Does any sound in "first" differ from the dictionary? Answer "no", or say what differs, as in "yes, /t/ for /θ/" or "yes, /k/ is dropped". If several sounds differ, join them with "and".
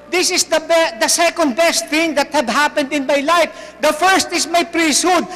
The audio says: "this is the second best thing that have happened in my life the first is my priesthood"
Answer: no